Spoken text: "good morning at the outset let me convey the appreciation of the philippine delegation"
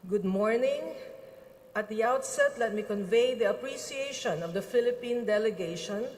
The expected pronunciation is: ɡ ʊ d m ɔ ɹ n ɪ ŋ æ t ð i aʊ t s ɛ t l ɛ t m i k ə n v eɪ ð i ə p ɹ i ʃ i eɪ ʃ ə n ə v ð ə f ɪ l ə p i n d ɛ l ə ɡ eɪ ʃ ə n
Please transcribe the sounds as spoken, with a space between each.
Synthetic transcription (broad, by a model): ɡ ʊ d m ɔ ɹ n ɪ ŋ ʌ t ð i aʊ t s ɛ t l ɛ t m i k ə n v eɪ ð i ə p ɹ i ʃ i eɪ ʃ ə n ə v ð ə f ɪ l ə p i n d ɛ l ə ɡ eɪ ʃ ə n